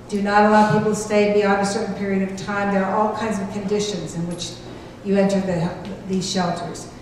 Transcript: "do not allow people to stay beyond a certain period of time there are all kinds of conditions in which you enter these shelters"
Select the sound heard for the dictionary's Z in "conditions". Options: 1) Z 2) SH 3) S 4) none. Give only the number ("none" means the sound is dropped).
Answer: 1